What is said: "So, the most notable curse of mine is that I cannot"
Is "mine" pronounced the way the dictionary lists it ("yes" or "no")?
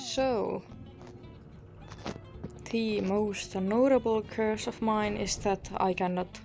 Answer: yes